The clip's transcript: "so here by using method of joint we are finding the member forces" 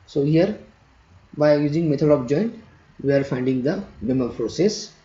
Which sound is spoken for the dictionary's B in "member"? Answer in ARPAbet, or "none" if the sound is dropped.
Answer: none